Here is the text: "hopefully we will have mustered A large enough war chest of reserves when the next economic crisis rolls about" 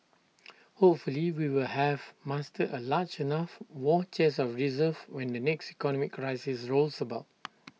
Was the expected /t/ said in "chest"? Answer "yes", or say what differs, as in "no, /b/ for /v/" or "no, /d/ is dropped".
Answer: no, /t/ is dropped